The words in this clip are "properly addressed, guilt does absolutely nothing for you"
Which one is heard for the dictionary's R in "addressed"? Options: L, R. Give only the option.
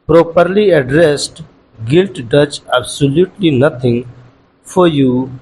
R